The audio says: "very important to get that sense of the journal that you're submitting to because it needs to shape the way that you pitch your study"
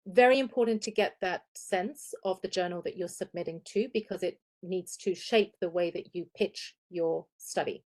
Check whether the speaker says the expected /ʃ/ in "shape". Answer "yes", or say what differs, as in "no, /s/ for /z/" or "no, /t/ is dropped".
yes